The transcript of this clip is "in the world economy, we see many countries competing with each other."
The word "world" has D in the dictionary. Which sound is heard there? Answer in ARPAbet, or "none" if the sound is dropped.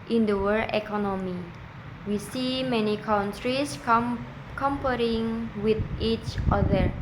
none